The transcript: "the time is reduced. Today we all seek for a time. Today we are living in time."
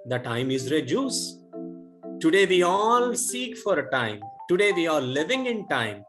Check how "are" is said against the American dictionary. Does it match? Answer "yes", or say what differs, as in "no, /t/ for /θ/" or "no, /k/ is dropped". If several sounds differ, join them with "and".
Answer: no, /l/ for /ɹ/